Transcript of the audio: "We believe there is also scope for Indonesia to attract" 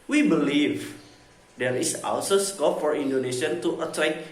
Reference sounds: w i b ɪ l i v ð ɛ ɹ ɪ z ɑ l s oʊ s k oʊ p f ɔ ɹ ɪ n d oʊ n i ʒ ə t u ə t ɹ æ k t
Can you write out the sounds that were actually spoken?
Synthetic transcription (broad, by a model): w i b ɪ l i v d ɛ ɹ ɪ s ɑ w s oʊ s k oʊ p f ɔ ɹ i n d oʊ n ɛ ʃ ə t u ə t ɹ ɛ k